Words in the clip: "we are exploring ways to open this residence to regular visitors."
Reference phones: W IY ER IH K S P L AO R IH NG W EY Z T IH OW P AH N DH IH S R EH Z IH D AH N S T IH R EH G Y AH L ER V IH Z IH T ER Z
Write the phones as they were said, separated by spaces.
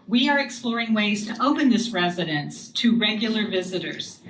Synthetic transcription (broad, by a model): W IY ER IH K S P L AO R IH NG W EY Z T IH OW P AH N DH IH S R EH Z IH D AH N S T IH R EH G Y L ER V IH Z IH T ER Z